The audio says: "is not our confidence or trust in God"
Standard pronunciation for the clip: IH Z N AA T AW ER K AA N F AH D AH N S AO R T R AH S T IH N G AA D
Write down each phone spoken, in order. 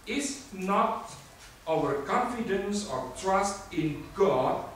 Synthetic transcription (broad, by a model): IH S N AA T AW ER K AA N F AH D AH N S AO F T R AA S T IH N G AA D